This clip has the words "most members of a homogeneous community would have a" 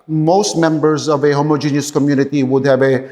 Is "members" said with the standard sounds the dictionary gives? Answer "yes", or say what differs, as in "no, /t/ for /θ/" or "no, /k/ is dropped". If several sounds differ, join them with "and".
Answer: yes